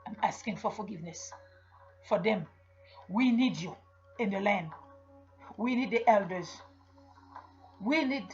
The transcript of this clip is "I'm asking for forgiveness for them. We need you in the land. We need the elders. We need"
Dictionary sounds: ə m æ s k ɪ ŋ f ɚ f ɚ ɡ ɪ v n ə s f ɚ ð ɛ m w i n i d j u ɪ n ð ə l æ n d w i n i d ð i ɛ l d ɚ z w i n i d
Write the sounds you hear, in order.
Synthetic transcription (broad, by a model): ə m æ s k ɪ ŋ f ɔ f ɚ ɡ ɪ v n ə s f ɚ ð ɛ m w i n i d j u ɪ n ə l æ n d w i n i d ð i ɛ l d ɚ z w i n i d